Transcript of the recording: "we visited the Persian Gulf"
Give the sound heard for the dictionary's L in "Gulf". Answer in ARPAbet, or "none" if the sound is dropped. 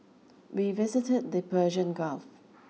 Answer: L